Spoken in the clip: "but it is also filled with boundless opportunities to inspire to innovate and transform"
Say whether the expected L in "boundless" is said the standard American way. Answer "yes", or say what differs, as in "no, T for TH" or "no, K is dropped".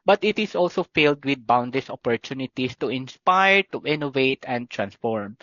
no, L is dropped